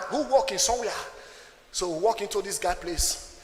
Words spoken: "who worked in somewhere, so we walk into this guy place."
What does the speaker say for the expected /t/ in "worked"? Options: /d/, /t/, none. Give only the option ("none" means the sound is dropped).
none